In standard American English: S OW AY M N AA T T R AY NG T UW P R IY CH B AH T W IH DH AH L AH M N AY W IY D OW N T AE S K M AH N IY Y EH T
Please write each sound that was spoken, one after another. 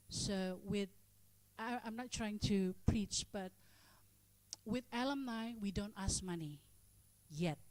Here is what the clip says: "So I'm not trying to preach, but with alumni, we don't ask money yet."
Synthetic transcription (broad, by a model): S OW AY M N AA T T R AY NG T UW P R IY CH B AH T W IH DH AH L AH M N AY W IY D OW N T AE S M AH N IY Y EH T